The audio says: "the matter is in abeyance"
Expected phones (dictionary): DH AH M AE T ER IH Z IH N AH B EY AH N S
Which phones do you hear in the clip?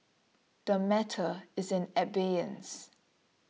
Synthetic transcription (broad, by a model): DH AH M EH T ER IH Z IH N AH B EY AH N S